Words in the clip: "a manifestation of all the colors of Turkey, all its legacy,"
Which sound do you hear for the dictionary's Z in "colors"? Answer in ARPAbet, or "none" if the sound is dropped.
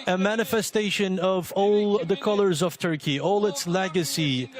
Z